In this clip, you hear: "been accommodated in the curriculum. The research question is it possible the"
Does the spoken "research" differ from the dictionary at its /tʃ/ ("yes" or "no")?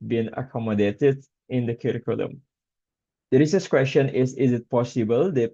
yes